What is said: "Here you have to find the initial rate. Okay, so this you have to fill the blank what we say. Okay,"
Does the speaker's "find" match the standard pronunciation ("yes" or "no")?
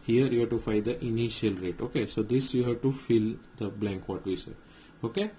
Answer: no